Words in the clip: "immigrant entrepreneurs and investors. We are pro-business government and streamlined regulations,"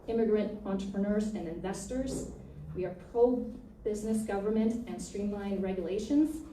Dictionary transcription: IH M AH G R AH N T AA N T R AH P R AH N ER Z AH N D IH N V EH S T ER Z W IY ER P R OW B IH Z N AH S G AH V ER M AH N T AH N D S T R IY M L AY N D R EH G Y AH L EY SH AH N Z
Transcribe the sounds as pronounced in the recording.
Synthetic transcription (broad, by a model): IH M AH G R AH N T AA N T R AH P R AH N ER Z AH N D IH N V EH S T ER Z W IY ER P R OW B IH Z N AH S G AH V ER M AH N T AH N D S T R IY M L AY N R EH G Y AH L EY SH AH N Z